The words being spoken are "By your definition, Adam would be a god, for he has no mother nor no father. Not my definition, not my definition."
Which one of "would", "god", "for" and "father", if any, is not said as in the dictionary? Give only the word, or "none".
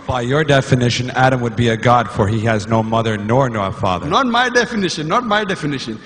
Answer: none